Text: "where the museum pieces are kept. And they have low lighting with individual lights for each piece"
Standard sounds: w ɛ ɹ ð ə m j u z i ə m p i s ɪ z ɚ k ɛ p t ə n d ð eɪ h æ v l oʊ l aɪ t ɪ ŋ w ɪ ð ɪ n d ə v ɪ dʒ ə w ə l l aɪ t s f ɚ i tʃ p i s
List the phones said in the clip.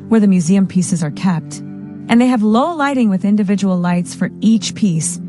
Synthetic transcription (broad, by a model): w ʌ ɹ ð ə m j u z i ə m p i s ɪ z ɚ k ɛ p t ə n ð eɪ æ v l oʊ l aɪ t ɪ ŋ w ɪ ð ɪ n d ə v ɪ dʒ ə w l l aɪ t s f ɚ i tʃ p i s